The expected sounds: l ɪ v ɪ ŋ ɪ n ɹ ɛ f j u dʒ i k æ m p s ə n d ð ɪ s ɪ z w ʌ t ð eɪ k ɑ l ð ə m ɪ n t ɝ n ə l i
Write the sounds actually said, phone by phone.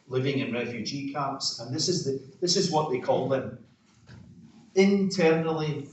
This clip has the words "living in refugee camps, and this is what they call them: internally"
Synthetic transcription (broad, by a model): l ɪ v ɪ ŋ ɪ n ɹ ɛ f j u dʒ i k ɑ p s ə n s ð ɪ s ɪ z w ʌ t ð eɪ k ɑ l ð ə m ɪ n t ɝ n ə l i